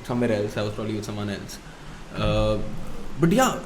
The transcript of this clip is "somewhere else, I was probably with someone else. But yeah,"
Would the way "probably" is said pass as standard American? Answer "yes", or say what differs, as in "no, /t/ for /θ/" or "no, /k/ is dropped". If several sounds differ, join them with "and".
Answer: yes